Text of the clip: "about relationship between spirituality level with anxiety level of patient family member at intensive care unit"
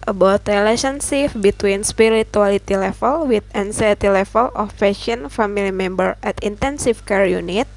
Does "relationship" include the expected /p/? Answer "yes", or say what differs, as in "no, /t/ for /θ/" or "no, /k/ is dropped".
no, /f/ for /p/